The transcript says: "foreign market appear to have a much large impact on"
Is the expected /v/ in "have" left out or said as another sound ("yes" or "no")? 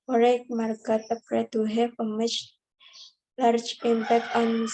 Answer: yes